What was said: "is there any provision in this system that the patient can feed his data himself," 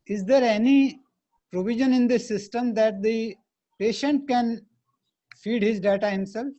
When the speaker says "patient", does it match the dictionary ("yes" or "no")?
yes